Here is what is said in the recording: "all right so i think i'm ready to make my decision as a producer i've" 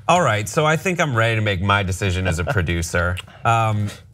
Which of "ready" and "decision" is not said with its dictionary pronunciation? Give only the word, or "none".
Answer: none